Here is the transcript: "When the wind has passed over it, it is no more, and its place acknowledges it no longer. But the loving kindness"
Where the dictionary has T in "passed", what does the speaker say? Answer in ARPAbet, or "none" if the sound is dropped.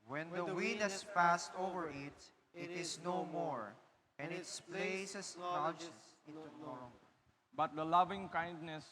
T